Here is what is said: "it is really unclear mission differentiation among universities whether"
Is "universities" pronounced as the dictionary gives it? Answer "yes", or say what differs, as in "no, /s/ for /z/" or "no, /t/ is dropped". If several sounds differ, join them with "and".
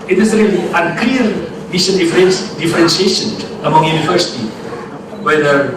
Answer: no, /z/ is dropped